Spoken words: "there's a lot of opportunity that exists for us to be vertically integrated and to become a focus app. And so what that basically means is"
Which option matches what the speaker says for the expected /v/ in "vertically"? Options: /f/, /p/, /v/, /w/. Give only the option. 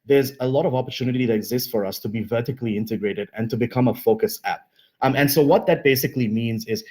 /v/